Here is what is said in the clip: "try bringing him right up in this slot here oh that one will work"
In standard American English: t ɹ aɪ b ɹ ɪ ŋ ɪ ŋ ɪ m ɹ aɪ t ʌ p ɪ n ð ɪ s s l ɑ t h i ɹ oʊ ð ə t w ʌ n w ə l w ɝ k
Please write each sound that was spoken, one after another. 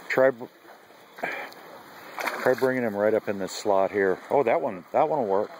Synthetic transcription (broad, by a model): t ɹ aɪ b ɹ ɪ ŋ ɪ ŋ ɪ m ɹ aɪ t ʌ p ɪ n ð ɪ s s l ɑ t h i ɹ oʊ ð ə t w ʌ n w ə n w ɝ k